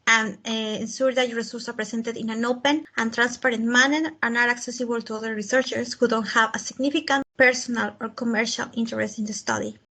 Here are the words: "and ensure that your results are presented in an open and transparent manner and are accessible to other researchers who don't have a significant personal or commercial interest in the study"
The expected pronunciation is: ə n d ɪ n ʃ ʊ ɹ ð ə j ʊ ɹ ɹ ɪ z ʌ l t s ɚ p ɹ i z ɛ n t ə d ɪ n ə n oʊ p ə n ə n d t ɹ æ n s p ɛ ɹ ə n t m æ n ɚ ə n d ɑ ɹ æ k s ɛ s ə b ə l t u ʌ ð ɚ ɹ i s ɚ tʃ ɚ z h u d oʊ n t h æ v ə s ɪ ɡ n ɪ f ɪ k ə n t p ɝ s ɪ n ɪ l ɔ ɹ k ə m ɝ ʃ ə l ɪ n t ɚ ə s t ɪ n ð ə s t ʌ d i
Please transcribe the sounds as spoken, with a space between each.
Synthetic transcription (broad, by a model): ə n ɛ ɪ n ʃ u ɹ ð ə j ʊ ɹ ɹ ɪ s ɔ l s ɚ p ɹ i s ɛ n t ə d ɪ n ə n oʊ p ə n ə n t ɹ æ n s p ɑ ɹ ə n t m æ n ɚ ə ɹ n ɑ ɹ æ k s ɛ s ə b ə l t u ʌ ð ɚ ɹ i s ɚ tʃ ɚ s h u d oʊ n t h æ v ə s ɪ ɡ n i f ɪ k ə n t p ɝ s ɪ n ɪ l ɔ ɹ k ə m ɝ ʃ ə l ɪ n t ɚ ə s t ɪ n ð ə s t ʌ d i